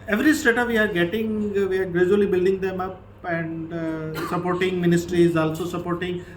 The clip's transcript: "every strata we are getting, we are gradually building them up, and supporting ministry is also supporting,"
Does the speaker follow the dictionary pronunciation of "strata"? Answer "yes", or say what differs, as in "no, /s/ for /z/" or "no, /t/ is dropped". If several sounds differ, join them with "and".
no, /ɹ/ is dropped